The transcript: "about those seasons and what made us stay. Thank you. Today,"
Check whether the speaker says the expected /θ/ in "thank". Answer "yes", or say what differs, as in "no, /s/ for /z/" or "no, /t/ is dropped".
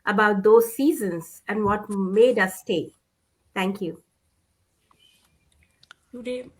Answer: no, /t/ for /θ/